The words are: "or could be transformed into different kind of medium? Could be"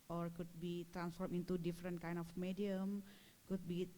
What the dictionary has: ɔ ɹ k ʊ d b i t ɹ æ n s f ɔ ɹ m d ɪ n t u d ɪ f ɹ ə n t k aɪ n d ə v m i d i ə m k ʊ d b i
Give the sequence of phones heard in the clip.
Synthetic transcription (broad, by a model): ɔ ɹ k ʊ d b i t ɹ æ n s f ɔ ɹ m ɪ n t u d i f ɹ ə n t k aɪ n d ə f m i d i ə m k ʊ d b i